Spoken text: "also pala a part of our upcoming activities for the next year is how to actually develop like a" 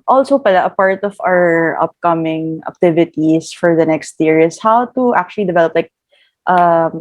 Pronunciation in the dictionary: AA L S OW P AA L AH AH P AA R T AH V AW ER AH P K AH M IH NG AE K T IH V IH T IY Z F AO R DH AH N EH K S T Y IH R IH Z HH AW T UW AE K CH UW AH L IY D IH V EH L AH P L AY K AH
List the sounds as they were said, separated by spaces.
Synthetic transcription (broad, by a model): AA L S OW P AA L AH AH P AA R T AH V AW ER AH P K AH M IH NG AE K T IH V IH T IY S F AO R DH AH N EH K S T Y IH R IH S HH AW T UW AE K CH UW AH L IY D IH V EH L AH P L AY K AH